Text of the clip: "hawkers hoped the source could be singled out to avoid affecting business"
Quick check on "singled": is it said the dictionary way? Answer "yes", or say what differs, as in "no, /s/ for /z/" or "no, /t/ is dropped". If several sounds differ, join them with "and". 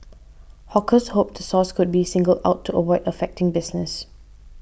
yes